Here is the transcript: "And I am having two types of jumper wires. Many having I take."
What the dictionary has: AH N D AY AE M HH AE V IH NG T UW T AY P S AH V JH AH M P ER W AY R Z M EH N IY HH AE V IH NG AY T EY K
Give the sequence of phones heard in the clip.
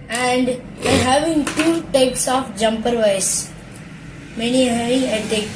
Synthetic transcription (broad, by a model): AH N D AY HH AE V IH NG T UW T AY P S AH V JH AH M P ER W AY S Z M EH N IY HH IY IH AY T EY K